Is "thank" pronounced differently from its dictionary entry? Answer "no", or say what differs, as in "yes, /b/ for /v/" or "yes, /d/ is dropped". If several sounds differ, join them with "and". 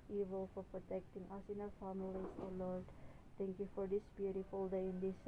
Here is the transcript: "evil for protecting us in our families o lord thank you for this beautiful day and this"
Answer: yes, /t/ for /θ/